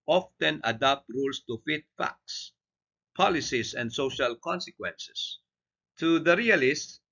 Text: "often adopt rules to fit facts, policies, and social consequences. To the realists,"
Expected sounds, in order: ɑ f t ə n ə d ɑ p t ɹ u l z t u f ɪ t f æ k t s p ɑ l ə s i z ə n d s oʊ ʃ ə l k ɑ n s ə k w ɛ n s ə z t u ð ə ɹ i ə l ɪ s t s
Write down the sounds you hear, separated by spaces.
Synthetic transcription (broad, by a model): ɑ f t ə n ə d ɑ p t ɹ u l s t u f ɪ t f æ k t s p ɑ l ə s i s ə n d s oʊ ʃ ə l k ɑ n s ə k w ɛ n s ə s t u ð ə ɹ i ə l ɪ s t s